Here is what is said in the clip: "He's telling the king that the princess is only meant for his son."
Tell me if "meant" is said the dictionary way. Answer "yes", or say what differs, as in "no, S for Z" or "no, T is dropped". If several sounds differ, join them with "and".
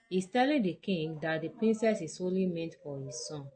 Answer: yes